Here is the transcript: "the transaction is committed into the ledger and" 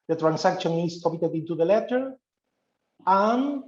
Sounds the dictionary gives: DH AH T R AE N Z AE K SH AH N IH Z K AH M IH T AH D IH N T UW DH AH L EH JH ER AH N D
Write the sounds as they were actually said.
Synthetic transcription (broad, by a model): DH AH T R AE N S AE K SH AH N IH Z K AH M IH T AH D IH N T UW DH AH L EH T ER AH N